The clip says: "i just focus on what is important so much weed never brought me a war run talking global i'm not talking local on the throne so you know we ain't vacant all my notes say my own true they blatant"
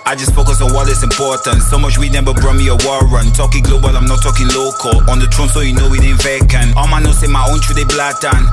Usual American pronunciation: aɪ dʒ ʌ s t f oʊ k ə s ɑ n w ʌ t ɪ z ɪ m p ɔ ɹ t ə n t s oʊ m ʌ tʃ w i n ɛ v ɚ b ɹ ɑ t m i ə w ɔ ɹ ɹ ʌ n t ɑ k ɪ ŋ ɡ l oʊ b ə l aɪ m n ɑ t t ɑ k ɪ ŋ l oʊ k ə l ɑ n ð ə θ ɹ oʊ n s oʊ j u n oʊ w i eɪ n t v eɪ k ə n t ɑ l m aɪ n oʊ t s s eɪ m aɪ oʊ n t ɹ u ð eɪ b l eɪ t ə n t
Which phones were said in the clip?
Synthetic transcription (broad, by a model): aɪ dʒ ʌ s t f oʊ k ə s ɑ n w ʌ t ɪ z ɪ m p ɔ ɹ t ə n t s oʊ m ʌ tʃ w i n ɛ b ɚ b ɹ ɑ m i ə w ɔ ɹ ɹ ʌ n t ɑ k ɪ ŋ ɡ l oʊ b ə l aɪ m n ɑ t t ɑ k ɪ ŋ l oʊ k ə l ɑ n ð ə t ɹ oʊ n s oʊ j u n oʊ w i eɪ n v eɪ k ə n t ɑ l m aɪ n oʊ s s eɪ m aɪ oʊ n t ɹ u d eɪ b l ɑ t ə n